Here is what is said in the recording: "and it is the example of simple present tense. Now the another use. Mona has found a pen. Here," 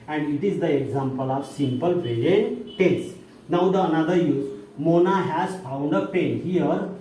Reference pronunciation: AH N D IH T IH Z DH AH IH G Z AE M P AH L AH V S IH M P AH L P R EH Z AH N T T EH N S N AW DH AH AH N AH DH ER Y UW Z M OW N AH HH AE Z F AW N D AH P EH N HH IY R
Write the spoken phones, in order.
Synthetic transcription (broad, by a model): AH N D IH T IH Z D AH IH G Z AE M P AH L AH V S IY M P AH L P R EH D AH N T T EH S N AW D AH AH N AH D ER Y UW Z M OW N AH HH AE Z F AW N D AH P EH N HH IY R